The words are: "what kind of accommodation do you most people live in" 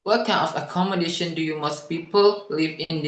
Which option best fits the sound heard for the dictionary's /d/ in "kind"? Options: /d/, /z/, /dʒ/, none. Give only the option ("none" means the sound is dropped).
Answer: none